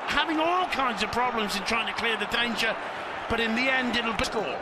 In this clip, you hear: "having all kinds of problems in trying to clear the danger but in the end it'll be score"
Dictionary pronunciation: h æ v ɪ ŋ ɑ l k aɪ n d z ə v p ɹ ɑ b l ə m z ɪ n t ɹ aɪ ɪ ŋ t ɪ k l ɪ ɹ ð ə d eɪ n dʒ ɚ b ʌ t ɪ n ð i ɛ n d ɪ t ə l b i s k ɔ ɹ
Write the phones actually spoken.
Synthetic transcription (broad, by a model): h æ v ɪ ŋ ɑ l k aɪ n d z ə v p ɹ ɑ b l ə m z ɪ n t ɹ aɪ ɪ ŋ t ɪ k l ɪ ɹ ð ə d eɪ n tʃ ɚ b ʌ t ɪ n ð i ɛ n d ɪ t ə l b i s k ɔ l